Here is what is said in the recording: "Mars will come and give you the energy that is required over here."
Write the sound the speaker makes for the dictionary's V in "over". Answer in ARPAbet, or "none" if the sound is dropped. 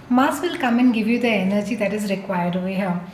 none